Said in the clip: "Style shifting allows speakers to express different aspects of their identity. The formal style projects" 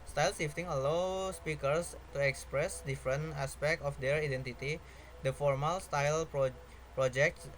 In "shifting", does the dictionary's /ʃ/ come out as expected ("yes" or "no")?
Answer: no